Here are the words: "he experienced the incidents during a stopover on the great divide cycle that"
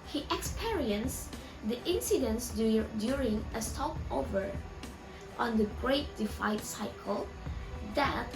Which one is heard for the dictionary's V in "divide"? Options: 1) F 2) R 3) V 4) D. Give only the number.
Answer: 1